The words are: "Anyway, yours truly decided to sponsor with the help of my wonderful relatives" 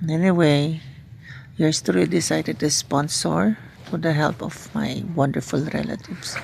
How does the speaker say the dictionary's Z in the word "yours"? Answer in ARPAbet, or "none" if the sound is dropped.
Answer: S